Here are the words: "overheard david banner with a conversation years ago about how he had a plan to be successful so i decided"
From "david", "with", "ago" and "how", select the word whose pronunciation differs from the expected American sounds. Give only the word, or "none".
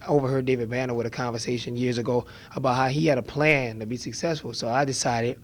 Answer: none